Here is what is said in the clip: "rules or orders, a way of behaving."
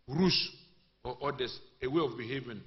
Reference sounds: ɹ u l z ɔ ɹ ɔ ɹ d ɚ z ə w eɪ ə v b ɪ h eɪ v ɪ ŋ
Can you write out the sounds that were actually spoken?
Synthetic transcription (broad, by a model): ɹ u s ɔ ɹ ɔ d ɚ s ə w eɪ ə f b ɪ h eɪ v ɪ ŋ